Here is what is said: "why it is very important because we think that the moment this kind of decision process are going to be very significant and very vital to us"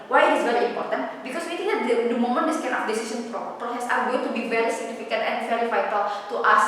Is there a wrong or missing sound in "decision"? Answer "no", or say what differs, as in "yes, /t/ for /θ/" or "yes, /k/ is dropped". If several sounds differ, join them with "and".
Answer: yes, /s/ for /ʒ/